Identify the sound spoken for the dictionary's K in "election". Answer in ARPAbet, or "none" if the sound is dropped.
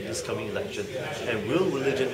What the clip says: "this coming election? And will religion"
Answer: K